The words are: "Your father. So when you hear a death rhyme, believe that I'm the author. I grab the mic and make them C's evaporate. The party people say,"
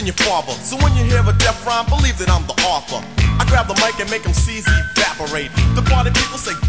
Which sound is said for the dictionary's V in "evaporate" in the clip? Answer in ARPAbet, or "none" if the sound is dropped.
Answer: none